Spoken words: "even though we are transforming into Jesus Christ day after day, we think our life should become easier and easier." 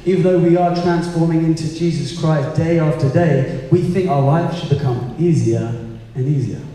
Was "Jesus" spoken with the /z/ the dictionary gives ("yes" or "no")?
yes